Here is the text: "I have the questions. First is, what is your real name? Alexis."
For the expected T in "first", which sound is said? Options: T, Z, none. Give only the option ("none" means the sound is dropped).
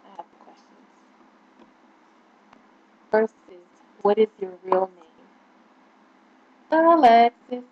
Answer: none